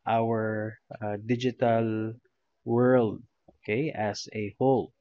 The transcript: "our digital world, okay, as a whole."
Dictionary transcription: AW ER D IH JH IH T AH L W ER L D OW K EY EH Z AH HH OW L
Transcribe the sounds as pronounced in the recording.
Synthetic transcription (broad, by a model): AW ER D IH JH IH T AH L W ER L D OW K EY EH S AH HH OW L